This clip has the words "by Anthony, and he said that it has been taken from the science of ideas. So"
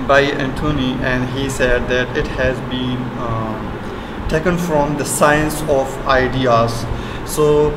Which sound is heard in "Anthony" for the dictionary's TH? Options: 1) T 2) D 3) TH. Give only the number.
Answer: 1